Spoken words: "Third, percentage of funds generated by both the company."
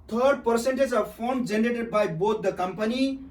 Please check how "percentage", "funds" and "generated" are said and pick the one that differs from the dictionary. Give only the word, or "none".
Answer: funds